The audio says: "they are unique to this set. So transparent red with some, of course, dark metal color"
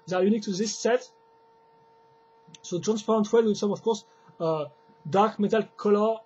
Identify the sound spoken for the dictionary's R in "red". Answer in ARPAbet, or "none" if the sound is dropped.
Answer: W